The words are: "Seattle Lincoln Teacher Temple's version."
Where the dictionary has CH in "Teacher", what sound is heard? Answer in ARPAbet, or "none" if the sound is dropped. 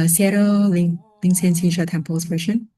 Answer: SH